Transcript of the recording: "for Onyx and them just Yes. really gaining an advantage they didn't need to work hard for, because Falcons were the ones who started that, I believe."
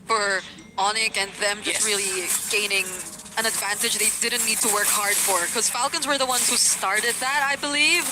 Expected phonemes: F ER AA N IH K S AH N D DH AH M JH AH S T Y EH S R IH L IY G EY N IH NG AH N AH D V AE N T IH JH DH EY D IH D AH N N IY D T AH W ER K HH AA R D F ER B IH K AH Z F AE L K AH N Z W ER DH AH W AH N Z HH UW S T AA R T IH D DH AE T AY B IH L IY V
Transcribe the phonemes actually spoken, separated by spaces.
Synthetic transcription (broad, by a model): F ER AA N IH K AH N DH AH M JH AH S T R IH L IY G EY N IH NG AH N AH D V AE N T IH JH DH EY D IH D N N IY D T AH W ER K HH AA R D F ER K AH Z F AE L K AH N Z W ER DH AH W AH N Z HH UW S T AA R T IH D DH AE T AY B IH L IY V